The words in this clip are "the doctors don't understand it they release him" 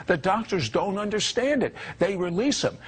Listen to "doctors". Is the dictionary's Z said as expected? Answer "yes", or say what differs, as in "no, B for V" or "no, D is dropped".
yes